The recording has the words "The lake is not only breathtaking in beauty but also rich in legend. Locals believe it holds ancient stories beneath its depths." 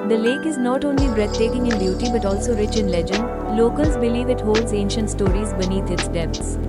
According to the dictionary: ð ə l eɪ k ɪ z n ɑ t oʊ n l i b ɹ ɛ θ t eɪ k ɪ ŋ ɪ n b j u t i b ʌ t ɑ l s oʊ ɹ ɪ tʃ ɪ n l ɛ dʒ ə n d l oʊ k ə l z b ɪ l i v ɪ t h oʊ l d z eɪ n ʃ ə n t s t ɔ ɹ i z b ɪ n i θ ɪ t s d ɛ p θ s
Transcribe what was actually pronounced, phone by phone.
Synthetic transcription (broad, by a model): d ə l eɪ k ɪ z n ɑ t oʊ n l i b ɹ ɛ t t eɪ k ɪ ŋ ɪ n b j u t i b ʌ t ɑ l s oʊ ɹ ɪ tʃ ɪ n l ɛ dʒ ə n d l oʊ k ə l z b ɪ l i v ɪ t h oʊ l d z eɪ n ʃ ə n t s t ɔ ɹ i z b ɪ n i t ɪ t s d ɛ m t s